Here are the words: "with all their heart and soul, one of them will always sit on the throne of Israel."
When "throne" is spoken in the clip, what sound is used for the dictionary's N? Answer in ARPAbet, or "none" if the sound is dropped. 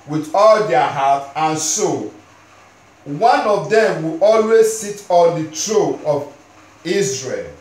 none